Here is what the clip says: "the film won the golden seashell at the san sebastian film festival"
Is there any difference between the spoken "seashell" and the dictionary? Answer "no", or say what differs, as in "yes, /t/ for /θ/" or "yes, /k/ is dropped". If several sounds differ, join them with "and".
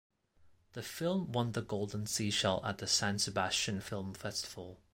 no